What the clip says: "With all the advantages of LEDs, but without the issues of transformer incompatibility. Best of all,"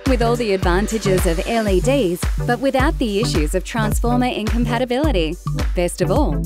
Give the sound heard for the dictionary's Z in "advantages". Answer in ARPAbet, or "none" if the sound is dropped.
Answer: Z